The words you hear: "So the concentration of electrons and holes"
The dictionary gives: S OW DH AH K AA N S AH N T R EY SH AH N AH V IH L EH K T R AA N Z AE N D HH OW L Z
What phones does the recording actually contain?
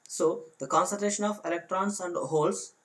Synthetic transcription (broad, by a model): S OW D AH K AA N S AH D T EY SH AH N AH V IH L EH K T R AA N S AE N D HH OW L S